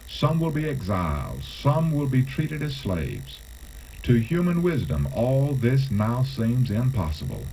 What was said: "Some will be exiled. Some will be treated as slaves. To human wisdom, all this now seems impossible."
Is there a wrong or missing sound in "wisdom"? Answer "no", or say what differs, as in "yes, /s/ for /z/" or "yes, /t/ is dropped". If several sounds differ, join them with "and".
no